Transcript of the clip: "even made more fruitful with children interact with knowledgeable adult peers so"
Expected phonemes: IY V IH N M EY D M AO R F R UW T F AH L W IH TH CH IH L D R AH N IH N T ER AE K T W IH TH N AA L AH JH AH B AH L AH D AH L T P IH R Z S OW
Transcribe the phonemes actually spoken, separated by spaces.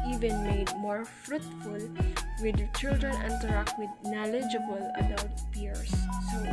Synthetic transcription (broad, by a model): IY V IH N M EY D M AO R F R UW T F AH L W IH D CH IH L D R AH N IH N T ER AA K T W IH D N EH L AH JH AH B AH L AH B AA W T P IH R S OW